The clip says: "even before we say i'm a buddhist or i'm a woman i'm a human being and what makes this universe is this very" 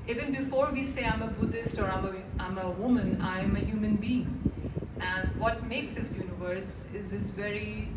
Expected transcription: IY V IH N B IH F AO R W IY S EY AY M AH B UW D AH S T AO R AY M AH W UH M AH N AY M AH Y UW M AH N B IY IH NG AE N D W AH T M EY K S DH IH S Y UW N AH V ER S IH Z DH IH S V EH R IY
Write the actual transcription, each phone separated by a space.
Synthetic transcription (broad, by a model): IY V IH N B IH F AO R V IY S EY AY M AH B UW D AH S T AO R AY M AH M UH M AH N AY M AH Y UW M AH N B IY IH NG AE N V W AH T M EY K S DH IH S Y UW N AH V ER S IH Z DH IH S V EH R IY